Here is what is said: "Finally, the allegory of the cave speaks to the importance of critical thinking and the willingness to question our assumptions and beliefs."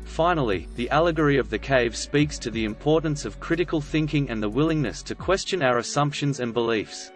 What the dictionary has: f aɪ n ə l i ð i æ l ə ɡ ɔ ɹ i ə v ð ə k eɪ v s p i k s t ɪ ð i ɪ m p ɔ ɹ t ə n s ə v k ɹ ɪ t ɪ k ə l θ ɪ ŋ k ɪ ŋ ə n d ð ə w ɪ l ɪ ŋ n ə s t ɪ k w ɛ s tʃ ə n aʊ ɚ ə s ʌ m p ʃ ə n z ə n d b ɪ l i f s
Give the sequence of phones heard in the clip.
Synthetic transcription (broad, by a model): f aɪ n l i ð i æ l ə ɡ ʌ ɹ i ə v ð ə k eɪ v s p i k s t ɪ ð i ɪ m p ɔ ɹ t n s ə v k ɹ ɪ t ɪ k ə l θ ɪ ŋ k ɪ ŋ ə n ð ə w ɪ l ɪ ŋ n ə s t ɪ k w ɛ s tʃ ə n aʊ ɚ ə s ʌ m p ʃ ə n z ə n b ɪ l i f s